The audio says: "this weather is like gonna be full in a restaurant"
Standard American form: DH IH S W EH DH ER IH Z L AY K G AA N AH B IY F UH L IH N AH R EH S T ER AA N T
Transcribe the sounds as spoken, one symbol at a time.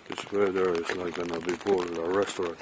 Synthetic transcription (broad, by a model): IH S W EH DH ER IH Z L AY K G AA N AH B IY P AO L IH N AH R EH S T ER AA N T